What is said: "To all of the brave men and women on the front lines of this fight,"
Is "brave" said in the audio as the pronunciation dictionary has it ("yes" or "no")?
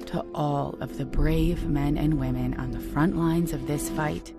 yes